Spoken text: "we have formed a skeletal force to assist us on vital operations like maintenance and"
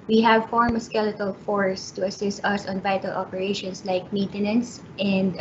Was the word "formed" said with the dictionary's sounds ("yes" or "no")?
no